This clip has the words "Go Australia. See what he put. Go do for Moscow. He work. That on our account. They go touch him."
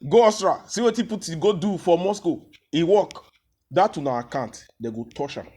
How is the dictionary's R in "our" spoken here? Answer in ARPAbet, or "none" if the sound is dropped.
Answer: W